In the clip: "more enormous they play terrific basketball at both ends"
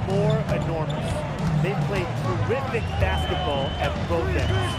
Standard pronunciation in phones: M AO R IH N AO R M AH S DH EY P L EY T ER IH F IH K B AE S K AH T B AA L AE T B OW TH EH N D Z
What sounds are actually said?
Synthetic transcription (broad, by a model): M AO R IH N AO R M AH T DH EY P L EY T ER IH F IH K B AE S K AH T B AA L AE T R OW S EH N